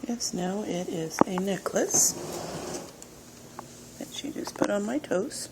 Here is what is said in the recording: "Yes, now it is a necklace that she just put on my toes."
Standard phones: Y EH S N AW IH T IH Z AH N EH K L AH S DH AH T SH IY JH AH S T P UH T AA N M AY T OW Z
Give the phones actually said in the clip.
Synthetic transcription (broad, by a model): Y EH S N AW IH T IH Z AH N EH K L AH S DH AH T SH IY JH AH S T P UH T N M AY T OW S